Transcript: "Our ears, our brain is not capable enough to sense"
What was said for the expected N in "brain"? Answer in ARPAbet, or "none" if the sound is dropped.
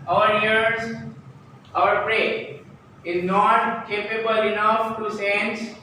none